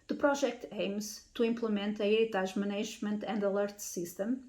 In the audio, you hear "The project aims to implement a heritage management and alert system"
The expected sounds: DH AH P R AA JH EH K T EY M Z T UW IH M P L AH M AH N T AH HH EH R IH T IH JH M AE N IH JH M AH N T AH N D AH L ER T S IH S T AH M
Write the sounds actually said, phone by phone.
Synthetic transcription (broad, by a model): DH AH P R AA ZH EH K T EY M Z T UW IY M P L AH M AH N T AH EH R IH T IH ZH M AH N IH ZH M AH N T AH N D AH L ER T S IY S T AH M